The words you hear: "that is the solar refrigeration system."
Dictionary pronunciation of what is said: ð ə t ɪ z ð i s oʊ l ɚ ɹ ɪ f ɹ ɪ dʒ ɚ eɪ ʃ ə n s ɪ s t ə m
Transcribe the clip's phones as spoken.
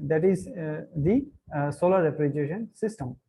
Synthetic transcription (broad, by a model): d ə t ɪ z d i s oʊ l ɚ ɹ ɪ p ɹ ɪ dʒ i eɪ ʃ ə n s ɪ s t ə m